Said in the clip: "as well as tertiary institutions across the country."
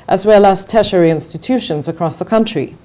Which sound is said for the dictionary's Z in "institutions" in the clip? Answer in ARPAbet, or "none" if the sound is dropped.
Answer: Z